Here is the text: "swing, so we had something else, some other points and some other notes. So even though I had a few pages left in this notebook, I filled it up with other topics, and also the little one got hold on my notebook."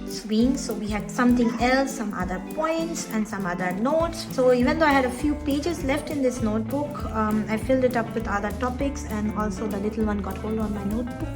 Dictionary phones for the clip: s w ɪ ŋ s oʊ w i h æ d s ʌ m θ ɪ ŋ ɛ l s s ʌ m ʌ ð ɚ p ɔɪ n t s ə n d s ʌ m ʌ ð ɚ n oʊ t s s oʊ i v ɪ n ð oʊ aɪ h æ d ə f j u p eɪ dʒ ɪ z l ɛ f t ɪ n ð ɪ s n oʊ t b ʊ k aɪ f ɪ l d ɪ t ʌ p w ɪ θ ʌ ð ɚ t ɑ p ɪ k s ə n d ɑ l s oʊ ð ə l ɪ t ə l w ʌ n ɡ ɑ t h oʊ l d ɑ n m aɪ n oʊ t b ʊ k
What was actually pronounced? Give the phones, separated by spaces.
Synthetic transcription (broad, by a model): s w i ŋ s oʊ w i h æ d s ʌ m t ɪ ŋ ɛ l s s ʌ m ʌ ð ɚ p ɔɪ n t s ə n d s ʌ m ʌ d ɚ n oʊ t s s oʊ i v ɪ n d oʊ aɪ h æ d ə f j u p eɪ dʒ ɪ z l ɛ f t ɪ n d ɪ s n oʊ t b ʊ k aɪ f ɪ l d ɪ t ʌ p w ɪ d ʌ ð ɚ t ɑ p ɪ k s ə n d ɑ l s oʊ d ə l ɪ t l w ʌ n ɡ ɑ t h oʊ l d ɑ n m aɪ n oʊ t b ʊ k